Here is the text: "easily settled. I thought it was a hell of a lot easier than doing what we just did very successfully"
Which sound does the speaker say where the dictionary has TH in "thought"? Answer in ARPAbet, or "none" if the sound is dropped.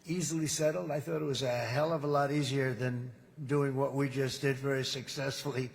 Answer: TH